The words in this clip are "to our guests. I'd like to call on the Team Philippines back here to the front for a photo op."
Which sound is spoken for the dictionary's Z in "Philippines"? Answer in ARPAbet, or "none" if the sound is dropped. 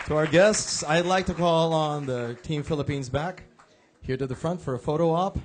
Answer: Z